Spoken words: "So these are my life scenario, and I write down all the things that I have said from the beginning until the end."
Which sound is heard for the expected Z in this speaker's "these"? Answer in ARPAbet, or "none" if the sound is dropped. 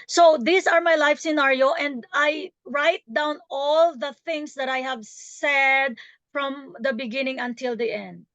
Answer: S